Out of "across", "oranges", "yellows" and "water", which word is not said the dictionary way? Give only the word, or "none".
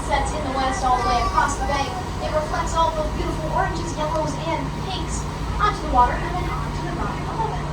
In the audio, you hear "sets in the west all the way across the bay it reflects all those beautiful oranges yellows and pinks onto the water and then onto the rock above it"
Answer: none